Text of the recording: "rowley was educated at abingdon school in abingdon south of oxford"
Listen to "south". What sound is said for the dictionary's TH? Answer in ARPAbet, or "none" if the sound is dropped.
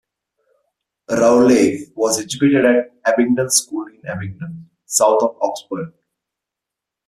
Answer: T